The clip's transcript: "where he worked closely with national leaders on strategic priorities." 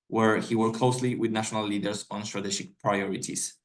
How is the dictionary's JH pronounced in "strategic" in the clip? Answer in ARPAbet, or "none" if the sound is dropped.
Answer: SH